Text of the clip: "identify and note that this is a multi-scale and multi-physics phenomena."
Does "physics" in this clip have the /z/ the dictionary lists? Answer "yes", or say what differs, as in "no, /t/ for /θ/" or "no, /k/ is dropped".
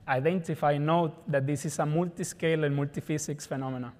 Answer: no, /s/ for /z/